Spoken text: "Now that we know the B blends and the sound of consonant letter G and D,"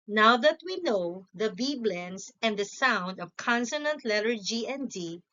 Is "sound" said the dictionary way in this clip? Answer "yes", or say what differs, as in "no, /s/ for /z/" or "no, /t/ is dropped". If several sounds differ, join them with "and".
yes